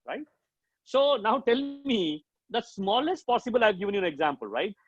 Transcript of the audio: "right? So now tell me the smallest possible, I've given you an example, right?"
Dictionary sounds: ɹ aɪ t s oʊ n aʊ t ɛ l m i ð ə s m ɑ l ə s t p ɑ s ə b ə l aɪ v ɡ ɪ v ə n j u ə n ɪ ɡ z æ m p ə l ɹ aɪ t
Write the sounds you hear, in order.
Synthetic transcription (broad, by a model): ɹ aɪ t s oʊ n aʊ t ɛ l m i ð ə s m ɑ l ə s t p ɑ s ə b ə l aɪ v ɡ ɪ v ə n j u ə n ɪ ɡ z æ m p ə l ɹ aɪ t